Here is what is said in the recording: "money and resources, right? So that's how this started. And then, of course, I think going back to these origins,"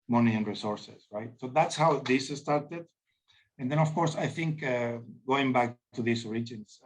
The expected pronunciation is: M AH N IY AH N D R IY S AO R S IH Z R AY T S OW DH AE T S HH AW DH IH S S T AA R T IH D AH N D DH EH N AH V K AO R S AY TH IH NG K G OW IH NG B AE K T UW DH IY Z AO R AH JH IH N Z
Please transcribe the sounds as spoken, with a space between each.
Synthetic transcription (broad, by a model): M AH N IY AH N R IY S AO R S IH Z R AY T S OW DH AE T S HH AW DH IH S S T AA R T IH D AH N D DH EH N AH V K AO R S AY TH IH NG K G OW IH NG B AE K T UW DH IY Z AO R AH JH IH N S